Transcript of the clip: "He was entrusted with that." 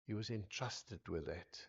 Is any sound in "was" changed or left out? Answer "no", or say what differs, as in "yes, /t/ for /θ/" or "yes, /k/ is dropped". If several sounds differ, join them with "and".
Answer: no